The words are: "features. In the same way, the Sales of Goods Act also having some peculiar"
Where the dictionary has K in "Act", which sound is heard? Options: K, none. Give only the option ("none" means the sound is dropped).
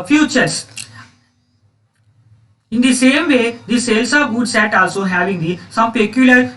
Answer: none